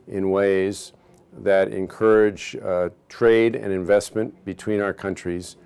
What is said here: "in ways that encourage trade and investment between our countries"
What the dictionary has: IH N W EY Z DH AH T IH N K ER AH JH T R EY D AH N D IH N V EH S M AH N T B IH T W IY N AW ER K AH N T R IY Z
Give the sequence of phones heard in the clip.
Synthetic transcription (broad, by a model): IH N W EY Z DH AH T IH N K ER AH JH T R EY D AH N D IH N V EH S M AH N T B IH T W IY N AW ER K AH N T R IY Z